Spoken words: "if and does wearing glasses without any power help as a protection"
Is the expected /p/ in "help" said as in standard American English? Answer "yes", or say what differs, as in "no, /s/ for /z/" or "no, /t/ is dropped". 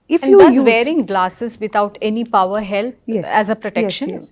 no, /p/ is dropped